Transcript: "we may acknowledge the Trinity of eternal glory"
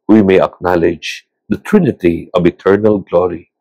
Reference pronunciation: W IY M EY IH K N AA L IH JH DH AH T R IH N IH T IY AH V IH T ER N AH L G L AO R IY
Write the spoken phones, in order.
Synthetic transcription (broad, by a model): W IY M EY IH K N AA L IH JH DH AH T R IH N IH T IY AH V IH T ER N AH L G L AO R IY